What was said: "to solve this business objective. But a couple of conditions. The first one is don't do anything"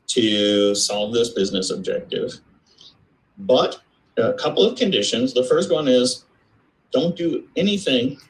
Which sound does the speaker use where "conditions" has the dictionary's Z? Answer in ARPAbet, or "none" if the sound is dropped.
Z